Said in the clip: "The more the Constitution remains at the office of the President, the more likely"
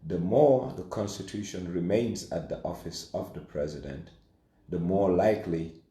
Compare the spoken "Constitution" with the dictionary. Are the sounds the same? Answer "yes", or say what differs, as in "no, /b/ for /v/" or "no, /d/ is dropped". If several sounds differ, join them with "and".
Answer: yes